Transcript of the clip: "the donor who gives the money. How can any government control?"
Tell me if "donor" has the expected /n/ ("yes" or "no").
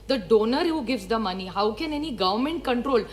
yes